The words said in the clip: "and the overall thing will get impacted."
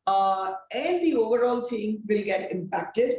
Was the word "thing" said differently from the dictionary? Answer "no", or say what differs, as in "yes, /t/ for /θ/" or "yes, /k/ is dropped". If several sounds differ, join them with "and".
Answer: yes, /t/ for /θ/